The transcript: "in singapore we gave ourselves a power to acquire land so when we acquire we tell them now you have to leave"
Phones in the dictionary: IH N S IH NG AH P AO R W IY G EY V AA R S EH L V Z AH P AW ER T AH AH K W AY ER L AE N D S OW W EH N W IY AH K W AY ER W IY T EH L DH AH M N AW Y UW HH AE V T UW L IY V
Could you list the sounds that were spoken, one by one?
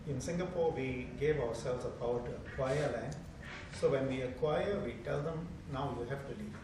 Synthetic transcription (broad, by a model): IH N S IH NG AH P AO R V IY G EY V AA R S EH L V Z AH B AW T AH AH K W AY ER L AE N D S OW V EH N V IY AH K W AY ER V IY T EH L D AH M N AW Y UW HH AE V T UW L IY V